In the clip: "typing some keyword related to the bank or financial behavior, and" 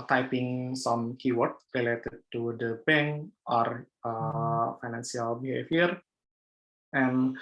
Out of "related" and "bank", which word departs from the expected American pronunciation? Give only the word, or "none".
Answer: bank